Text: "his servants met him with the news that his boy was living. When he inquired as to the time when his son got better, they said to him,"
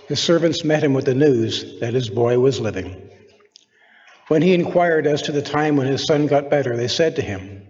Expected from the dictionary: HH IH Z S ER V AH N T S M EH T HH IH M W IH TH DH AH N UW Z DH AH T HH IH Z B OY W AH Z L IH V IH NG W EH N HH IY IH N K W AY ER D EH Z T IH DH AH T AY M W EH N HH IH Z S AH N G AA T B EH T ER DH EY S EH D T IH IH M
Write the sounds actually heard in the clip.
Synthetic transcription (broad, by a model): HH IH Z S ER V AH N T S M EH T HH IH M W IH DH AH N UW Z DH AH T HH IH Z B OY W AH Z L IH V IH NG W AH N IY IH N K W AY ER D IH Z T IH DH AH T AY M W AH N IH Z S AH N G AA T B EH T ER DH EY S EH D T IH IH M